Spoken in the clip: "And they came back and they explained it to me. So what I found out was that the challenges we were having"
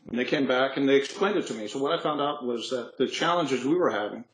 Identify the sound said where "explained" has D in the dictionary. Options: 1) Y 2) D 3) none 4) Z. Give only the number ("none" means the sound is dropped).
2